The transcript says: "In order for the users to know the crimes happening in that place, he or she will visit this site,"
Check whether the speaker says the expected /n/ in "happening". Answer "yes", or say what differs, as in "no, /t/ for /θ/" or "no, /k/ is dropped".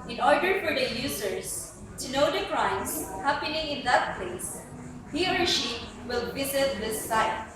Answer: yes